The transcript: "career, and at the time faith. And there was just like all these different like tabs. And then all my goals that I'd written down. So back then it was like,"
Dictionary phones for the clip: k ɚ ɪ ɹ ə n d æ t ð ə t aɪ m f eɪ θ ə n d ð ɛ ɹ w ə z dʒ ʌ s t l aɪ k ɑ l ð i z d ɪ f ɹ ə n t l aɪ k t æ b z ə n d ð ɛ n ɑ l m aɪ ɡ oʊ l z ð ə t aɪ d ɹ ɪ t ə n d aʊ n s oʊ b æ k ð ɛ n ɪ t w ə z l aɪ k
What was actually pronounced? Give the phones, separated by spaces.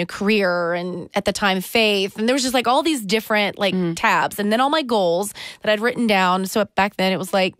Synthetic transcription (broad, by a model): k ɚ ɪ ɹ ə n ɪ t ð ə t aɪ m f eɪ θ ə n ð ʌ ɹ w ə z dʒ ʌ s t l aɪ k ɑ l ð i z d ɪ f ɹ ə n t l aɪ k t æ b z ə n ð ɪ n ɑ l m aɪ ɡ oʊ l z ð ə t aɪ d ɹ ɪ t n d aʊ n s oʊ b æ k ð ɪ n ɪ t w ə z l aɪ k